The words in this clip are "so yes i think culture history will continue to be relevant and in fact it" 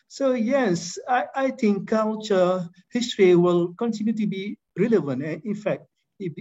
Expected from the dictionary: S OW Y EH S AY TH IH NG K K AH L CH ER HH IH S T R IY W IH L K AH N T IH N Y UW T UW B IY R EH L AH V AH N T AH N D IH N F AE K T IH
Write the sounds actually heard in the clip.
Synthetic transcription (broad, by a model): S OW Y EH S AY T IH NG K K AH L CH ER HH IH S T R IY W IH L K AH N T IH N Y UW T UW B IY R EH L AH V AH N T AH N IH N F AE K T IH